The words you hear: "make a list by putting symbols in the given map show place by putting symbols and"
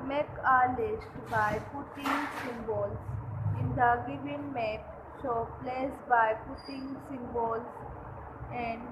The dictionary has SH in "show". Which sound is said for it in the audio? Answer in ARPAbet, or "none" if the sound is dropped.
S